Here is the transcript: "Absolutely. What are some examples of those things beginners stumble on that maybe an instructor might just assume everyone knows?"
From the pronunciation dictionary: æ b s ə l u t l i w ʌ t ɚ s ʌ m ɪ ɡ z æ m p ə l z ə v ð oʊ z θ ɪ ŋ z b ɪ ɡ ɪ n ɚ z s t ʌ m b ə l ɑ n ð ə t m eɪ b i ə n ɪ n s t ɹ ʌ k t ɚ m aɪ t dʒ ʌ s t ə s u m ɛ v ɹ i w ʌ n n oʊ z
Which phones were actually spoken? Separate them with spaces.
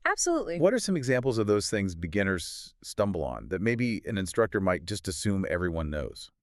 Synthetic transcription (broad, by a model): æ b s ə l u t l i w ʌ t ɚ s ʌ m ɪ ɡ z æ m p l z ə v ð oʊ z θ ɪ ŋ z b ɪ ɡ ɪ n ɚ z s t ʌ m b l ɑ n ð ə t m eɪ b i ə n ɪ n s t ɹ ʌ k t ɚ m aɪ t dʒ ʌ s t ə s u m ɛ v ɹ i w ʌ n n oʊ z